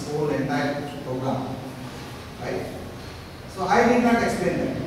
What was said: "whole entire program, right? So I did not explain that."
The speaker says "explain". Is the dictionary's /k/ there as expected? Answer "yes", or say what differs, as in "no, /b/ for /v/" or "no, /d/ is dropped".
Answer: yes